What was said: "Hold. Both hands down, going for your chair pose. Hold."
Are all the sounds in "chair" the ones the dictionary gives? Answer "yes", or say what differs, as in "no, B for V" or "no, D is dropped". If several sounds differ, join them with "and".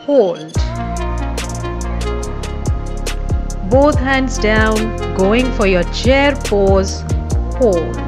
yes